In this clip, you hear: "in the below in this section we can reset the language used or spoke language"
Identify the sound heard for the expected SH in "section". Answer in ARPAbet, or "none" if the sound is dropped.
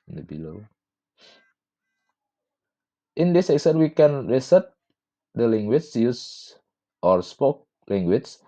S